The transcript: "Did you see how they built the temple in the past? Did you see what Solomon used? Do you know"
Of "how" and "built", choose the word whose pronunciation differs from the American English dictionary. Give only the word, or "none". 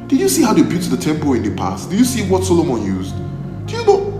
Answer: built